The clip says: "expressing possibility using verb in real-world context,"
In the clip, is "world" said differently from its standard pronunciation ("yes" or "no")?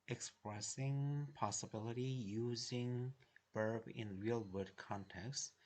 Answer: yes